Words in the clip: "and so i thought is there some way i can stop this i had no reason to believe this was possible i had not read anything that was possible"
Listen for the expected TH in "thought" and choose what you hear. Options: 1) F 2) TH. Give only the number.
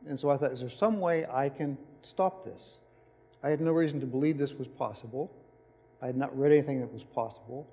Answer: 2